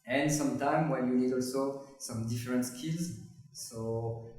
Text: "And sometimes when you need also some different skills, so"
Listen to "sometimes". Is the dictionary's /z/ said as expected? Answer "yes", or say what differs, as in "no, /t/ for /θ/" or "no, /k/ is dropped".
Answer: no, /z/ is dropped